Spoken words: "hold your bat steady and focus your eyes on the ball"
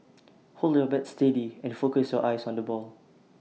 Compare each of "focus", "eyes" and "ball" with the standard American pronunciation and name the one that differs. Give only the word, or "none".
eyes